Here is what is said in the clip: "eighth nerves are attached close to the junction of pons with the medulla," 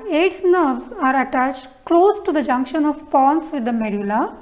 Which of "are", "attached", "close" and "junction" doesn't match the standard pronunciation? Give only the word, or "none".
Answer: none